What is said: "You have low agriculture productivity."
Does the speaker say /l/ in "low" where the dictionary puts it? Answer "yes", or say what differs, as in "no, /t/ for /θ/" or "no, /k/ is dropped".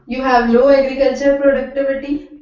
no, /n/ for /l/